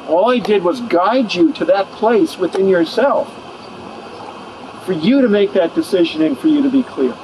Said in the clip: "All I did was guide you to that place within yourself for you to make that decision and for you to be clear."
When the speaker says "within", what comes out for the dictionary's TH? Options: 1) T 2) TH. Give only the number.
2